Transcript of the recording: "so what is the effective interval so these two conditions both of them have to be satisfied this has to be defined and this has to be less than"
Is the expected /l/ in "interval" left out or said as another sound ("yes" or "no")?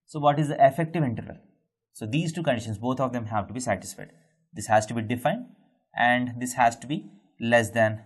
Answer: no